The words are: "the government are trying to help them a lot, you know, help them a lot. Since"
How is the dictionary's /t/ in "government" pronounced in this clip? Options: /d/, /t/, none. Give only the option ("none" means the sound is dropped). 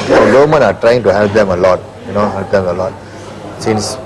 none